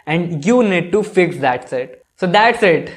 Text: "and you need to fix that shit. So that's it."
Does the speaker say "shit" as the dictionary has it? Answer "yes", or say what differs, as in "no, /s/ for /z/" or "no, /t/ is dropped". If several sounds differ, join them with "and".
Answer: no, /s/ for /ʃ/